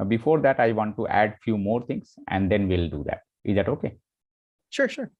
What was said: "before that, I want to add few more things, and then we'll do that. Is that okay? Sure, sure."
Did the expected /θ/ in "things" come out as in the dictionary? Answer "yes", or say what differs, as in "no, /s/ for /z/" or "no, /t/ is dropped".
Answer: no, /t/ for /θ/